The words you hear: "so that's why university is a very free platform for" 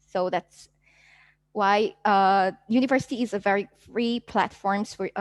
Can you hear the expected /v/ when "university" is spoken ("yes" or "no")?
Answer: yes